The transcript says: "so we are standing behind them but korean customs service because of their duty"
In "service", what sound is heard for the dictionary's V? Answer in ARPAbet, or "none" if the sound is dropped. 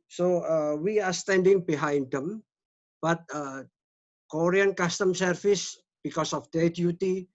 F